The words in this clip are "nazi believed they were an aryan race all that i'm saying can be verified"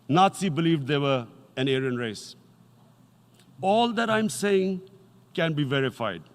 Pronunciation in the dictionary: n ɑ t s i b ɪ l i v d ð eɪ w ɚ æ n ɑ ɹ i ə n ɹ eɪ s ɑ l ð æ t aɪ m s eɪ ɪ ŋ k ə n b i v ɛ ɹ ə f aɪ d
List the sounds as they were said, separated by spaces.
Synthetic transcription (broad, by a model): n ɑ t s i b ɪ l i v d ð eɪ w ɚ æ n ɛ ɹ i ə n ɹ eɪ s ɑ l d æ t aɪ m s eɪ ɪ ŋ k ə n b i v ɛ ɹ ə f aɪ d